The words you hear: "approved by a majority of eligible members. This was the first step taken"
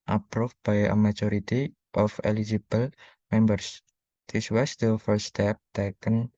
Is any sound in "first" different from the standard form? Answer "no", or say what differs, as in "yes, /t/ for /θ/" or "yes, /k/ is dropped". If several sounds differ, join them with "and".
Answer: yes, /s/ is dropped